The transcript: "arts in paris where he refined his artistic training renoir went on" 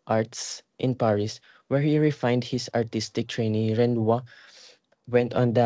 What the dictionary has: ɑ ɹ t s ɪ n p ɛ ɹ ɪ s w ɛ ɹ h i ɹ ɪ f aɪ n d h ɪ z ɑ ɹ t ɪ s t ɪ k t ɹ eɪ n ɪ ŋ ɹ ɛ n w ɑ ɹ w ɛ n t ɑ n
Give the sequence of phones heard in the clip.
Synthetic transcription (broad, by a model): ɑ ɹ t s ɪ n p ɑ ɹ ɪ s w ɛ ɹ h i ɹ ɪ f aɪ n d h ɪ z ɑ ɹ t ɪ s t ɪ k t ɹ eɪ n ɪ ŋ ɹ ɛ n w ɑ w ɛ n t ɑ n